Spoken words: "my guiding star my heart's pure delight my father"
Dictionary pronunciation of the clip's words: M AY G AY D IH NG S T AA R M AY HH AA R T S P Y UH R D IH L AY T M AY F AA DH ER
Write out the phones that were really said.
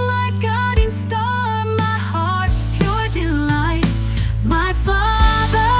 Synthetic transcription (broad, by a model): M AY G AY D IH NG S T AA L M AY HH AA R T S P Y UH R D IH L AY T M AY F AA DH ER